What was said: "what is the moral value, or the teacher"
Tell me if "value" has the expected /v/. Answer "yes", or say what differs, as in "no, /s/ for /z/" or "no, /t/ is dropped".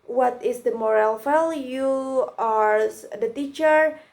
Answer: no, /f/ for /v/